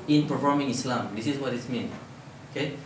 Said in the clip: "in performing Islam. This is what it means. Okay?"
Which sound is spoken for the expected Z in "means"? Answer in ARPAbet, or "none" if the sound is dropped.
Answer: none